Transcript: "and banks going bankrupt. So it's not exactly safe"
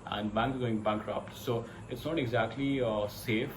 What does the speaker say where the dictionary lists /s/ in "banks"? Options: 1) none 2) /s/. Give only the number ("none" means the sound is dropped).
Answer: 1